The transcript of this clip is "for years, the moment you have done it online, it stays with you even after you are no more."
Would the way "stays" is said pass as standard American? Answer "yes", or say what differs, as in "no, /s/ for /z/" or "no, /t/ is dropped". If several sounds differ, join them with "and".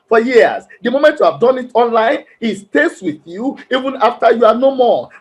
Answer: no, /s/ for /z/